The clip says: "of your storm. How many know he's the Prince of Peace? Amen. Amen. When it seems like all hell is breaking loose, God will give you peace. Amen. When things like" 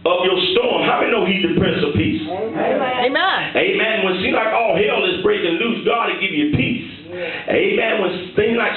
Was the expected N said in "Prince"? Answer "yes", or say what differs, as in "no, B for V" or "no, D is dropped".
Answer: no, N is dropped